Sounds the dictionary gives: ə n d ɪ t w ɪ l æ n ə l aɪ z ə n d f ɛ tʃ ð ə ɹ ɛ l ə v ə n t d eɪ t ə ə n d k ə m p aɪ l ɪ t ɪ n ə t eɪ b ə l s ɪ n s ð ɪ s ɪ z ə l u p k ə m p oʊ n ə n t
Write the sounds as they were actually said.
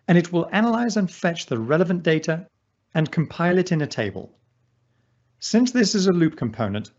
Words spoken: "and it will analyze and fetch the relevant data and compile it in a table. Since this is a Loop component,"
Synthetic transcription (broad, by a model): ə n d ɪ t w ɪ l æ n ə l aɪ z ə n f ɛ tʃ ð ə ɹ ɛ l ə v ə n d eɪ t ə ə n k ə m p aɪ l ɪ t ɪ n ə t eɪ b ə l s ɪ n s ð ɪ s ɪ z ə l u p k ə m p oʊ n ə n t